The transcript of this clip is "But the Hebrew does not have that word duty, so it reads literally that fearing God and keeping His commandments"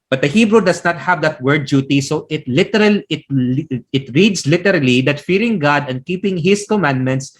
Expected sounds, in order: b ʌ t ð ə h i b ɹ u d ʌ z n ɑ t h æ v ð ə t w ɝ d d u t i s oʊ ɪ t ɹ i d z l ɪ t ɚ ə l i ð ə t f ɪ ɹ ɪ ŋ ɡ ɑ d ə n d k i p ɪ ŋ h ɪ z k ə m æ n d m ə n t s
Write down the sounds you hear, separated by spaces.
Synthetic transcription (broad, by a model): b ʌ t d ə h i b ɹ u d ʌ s n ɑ t h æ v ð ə t w ɝ d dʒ u t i s oʊ ɪ t ɹ i d s l ɪ t ɚ ə l i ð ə t f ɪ ɹ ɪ ŋ ɡ ɑ d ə n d k i p ɪ ŋ h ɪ s k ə m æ n d m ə n t s